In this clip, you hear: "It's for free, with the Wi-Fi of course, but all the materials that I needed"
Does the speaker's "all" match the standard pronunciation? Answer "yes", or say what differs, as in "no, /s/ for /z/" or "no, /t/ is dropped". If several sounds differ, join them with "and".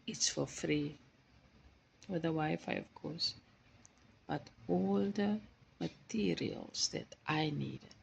yes